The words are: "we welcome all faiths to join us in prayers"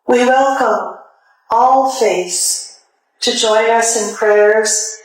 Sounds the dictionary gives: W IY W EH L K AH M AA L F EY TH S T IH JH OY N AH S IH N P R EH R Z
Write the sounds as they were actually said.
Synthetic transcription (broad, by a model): W IY W EH L K AH M AA L F EY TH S T IH JH OY N AH S IH N P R EH R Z